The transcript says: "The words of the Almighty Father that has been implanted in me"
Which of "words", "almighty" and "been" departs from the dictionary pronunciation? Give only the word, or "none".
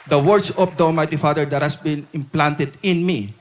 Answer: words